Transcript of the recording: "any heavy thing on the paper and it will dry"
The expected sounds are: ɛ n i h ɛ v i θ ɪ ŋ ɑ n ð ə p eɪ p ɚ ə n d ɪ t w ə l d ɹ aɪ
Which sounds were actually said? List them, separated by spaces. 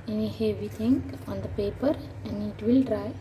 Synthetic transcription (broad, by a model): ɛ n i h ɛ v i t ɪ ŋ ɑ n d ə p eɪ p ɚ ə n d ɪ t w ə l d ɹ aɪ